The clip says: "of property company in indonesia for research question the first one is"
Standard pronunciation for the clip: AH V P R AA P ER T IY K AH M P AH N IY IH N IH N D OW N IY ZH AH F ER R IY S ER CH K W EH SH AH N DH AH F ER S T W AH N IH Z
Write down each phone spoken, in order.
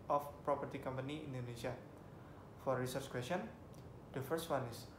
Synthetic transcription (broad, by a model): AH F P R AA P ER T IY K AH M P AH N IY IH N N D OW N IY S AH F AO R IY S ER CH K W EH S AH N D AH F ER S T W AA N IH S